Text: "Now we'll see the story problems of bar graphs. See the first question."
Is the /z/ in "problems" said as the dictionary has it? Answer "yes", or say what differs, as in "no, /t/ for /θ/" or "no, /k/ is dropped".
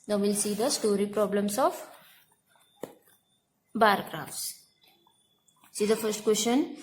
no, /s/ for /z/